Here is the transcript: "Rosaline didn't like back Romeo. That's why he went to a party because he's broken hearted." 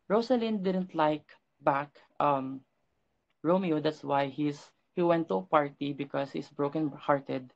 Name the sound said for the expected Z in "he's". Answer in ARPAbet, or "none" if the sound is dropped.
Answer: S